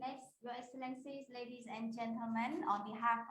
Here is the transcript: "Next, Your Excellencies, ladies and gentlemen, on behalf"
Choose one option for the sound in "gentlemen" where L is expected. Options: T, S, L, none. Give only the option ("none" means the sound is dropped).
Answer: L